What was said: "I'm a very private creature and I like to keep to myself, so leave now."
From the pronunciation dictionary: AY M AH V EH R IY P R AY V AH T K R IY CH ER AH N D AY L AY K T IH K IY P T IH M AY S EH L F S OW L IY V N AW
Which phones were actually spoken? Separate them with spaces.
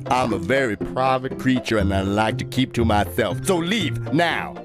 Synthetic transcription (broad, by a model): AY M AH V EH R IY P R AY V AH T K R IY CH ER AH N AY L AY K T IH K IY P T IH M AY S EH L F S OW L IY V N AW